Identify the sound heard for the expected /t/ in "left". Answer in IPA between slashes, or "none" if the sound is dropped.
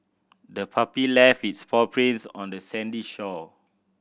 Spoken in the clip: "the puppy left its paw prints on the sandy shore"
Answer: none